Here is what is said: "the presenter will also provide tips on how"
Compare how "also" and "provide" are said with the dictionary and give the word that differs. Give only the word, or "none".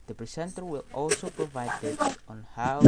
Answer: none